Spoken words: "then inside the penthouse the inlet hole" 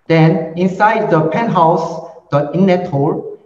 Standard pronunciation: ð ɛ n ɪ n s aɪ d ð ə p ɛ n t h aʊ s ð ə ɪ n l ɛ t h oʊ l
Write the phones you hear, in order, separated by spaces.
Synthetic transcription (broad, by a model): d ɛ n ɪ n s aɪ d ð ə p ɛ n h aʊ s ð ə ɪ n n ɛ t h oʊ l